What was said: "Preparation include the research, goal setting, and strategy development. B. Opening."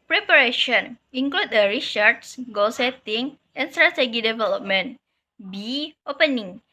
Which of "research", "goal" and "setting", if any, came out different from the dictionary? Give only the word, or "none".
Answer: research